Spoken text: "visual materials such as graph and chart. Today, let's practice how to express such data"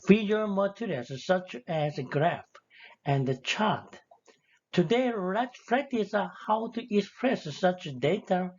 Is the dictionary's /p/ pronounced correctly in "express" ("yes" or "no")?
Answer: yes